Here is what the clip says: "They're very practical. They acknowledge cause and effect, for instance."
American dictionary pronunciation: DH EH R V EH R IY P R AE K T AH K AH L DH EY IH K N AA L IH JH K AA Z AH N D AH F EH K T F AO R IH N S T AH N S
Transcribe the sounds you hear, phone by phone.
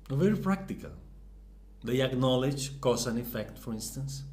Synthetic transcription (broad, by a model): V EH R IY P R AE K T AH K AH L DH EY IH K N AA L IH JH K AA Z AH N AH F EH K T F AO R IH N S T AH N S